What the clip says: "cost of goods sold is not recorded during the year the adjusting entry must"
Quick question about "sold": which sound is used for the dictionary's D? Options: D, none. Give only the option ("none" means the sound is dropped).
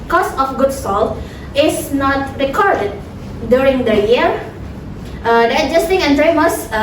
none